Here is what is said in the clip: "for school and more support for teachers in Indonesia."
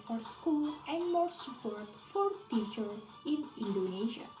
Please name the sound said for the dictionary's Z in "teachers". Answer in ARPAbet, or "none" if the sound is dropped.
none